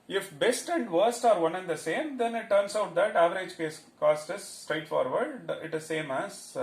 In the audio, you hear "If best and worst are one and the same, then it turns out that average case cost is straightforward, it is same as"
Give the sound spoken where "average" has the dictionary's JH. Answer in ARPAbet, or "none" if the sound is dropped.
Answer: JH